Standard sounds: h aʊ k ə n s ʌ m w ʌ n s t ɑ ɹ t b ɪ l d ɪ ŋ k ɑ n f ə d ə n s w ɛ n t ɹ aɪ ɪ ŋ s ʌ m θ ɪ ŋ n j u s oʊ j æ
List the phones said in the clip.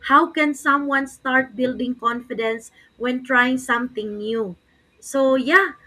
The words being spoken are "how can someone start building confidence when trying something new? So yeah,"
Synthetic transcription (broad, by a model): h aʊ k ə n s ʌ m w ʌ n s t ɑ ɹ t b ɪ l d ɪ ŋ k ɑ n f ə d ə n s w ɛ n t ɹ aɪ ɪ ŋ s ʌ m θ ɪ ŋ n j u s oʊ j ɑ